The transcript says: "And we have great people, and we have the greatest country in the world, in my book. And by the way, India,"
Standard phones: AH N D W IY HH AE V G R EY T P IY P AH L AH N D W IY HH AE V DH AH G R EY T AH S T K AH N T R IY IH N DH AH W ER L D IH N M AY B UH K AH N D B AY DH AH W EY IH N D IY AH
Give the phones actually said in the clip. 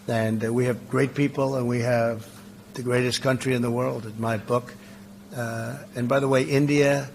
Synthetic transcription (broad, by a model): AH N W IY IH V G R EY T P IY P L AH N W IY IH V DH AH G R EY T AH S K AH N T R IY IH N DH AH W ER L D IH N M AY B UH K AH N B AY DH AH W EY IH N D IY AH